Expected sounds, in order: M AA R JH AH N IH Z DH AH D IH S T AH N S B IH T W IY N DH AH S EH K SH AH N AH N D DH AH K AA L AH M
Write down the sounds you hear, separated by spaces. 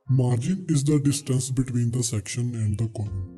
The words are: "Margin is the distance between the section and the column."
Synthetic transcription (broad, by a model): M AA R JH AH N IH Z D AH D IH S T AH N S B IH T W IY N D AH S EH K SH AH N AH N D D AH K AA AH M